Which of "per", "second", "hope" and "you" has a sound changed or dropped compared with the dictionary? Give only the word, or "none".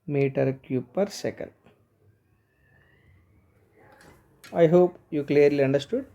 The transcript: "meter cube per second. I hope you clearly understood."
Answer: second